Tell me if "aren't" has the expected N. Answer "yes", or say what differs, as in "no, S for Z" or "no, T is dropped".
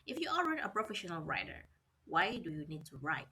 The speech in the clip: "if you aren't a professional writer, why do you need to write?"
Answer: no, N is dropped